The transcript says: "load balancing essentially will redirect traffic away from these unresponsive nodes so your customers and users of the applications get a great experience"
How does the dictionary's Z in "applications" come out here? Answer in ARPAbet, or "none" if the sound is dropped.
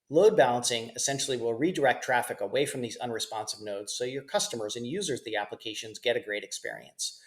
Z